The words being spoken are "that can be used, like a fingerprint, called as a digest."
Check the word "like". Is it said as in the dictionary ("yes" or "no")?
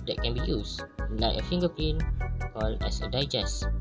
no